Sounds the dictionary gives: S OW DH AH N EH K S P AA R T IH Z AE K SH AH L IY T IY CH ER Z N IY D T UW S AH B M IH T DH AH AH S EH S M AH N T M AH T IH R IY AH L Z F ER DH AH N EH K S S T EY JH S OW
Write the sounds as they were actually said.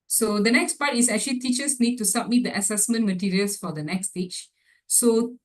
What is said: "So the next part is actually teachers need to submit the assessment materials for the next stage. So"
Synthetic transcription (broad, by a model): S OW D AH N EH K S P AA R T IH S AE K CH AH L IY T IY CH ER S N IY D T UW S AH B M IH T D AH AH S EH S M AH N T M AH T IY R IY AH L S F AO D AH N EH K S S T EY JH S OW